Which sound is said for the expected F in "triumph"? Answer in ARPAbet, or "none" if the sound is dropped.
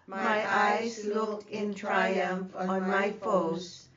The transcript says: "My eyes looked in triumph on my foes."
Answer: F